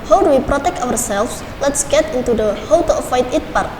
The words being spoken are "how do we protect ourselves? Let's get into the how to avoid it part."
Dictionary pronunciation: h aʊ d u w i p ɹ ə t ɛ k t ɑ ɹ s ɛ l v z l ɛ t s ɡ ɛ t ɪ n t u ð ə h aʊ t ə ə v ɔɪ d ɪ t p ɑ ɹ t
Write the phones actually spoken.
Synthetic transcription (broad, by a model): h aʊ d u w i p ɹ ə t ɛ k t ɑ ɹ s ɛ l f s l ɛ t s ɡ ɛ t ɪ n t u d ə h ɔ t ə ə f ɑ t ɪ t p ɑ ɹ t